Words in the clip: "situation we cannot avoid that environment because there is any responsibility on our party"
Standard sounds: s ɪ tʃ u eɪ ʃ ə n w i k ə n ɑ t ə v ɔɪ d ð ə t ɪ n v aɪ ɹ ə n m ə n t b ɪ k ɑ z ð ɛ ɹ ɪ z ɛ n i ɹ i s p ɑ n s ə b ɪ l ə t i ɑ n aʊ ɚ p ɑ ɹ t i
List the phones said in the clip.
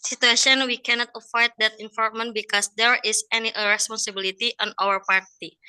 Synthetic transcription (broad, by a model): s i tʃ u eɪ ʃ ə n w i k ə n ɑ t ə f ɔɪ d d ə t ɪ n f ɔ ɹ m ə n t b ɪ k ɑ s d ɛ ɹ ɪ s ɛ n i ɹ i s p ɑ n s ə b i l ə t i ɑ n aʊ ɚ p ɑ ɹ t i